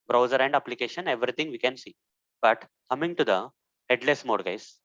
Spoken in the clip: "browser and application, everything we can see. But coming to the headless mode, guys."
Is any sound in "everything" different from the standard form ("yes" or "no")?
yes